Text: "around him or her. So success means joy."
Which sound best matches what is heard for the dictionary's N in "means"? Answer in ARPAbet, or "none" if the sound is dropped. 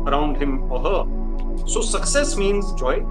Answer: N